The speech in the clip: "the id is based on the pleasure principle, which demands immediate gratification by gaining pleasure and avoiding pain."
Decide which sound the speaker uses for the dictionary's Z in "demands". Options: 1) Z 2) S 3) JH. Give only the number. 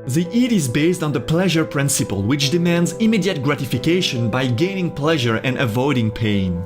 1